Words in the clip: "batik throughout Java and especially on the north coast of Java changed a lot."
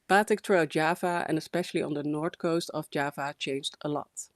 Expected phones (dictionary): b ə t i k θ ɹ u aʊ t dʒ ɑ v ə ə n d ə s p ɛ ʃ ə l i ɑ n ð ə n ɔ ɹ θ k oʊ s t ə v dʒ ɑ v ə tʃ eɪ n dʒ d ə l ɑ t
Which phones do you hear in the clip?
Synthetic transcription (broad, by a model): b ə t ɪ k t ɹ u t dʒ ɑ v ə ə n ə s p ɛ ʃ ə l i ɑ n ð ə n ɔ ɹ t k oʊ s t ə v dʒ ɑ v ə tʃ eɪ n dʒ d ə l ɑ t